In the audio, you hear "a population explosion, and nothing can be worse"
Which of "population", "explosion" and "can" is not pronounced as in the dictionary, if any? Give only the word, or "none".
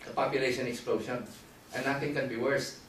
explosion